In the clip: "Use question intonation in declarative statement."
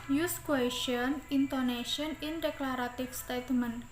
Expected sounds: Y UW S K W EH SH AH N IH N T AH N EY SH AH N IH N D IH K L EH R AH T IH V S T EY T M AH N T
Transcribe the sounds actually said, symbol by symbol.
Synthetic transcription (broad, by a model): Y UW S K W EH SH AH N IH N T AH N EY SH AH N IH N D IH K L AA R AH T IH F S T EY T M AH N